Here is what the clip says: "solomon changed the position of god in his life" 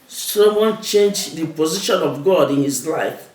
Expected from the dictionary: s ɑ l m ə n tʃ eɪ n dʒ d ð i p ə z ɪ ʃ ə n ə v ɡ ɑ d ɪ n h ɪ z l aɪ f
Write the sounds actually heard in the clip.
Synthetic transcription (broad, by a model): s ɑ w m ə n tʃ eɪ n dʒ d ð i p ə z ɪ ʃ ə n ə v ɡ ɑ d ɪ n h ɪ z l aɪ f